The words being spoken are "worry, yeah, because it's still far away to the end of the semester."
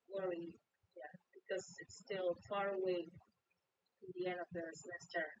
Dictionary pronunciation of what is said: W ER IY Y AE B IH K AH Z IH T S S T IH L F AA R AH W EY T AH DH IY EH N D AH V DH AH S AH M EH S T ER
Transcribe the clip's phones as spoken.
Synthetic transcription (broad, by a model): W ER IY Y AE B IH K AH Z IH T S S T IH L F AA R AH W EY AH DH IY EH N AH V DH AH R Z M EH S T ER